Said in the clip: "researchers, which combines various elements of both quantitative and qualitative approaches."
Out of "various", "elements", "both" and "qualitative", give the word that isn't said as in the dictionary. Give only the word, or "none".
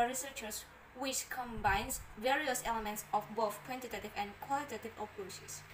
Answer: none